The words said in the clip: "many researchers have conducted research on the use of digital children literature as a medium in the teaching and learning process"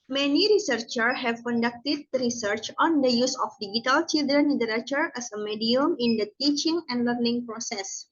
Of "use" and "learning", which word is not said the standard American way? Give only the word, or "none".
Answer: none